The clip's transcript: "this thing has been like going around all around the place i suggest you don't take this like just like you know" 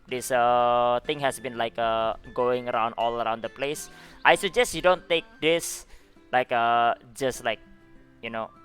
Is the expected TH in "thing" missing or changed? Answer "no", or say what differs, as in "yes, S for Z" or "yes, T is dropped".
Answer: yes, T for TH